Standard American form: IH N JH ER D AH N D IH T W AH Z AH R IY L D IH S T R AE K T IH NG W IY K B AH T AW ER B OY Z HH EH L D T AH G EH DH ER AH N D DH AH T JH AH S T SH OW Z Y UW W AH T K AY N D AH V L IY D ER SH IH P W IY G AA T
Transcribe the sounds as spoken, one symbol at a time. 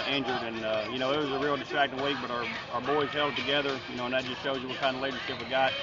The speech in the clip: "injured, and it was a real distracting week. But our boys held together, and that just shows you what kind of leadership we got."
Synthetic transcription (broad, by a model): IH N JH ER D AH N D IH T W AH Z AH R IY L D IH S T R AE K T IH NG W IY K B AH T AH ER B OY Z HH EH L D T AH G EH DH ER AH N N DH AH T JH AH S T SH OW Z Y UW W AH T K AY N D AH L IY D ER SH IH P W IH G AA T